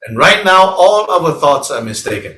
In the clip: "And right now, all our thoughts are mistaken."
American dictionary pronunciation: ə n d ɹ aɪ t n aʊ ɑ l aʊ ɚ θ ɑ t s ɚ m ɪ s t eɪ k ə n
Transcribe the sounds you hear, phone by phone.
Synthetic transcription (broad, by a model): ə n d ɹ aɪ t n aʊ ɑ l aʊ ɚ θ ɑ t s ɚ m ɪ s t eɪ k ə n